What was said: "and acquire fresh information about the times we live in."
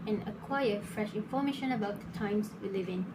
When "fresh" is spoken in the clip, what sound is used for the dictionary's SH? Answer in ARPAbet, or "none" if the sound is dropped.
SH